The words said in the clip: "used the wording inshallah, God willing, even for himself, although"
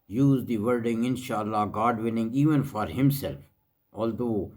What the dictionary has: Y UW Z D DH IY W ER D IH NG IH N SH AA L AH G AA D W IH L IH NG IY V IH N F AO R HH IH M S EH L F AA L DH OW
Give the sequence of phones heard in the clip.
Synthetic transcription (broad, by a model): Y UW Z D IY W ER D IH NG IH N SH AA L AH G AA D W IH N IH NG IY V IH N F AO R HH IH M S EH L F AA L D OW